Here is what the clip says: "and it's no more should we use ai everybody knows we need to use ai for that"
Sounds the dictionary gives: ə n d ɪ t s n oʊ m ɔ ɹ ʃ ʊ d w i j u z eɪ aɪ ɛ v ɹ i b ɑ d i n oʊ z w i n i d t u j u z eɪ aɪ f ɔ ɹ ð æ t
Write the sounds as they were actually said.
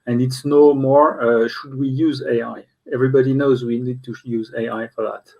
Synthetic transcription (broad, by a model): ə n d ɪ t s n oʊ m ɔ ɹ ʃ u d w i j u z eɪ aɪ ɛ v ɹ i b ɑ d i n oʊ z w i n i d t u j u z eɪ aɪ f ɔ ɹ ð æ t